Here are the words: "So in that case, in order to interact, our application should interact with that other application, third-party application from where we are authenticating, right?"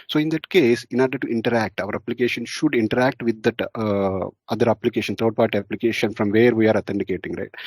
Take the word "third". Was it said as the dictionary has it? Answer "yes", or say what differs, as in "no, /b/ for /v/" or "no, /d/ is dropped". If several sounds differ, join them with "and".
no, /t/ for /θ/